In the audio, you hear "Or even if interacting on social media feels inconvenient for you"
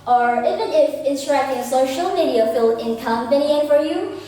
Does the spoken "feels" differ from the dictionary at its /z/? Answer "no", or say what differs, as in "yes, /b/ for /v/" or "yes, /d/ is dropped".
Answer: yes, /z/ is dropped